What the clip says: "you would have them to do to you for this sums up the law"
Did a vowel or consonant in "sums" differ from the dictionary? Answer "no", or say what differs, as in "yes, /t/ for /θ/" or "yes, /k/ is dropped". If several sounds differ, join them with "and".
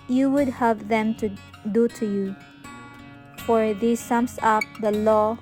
yes, /s/ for /z/